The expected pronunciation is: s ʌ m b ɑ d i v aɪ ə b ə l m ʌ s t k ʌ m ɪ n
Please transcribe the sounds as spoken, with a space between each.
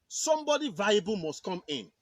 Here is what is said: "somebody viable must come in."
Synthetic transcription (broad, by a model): s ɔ m b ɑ d i v aɪ ə b ə l m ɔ s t k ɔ m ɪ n